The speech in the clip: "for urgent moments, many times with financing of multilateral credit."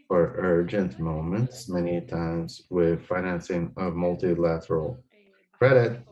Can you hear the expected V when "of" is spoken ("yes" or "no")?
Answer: yes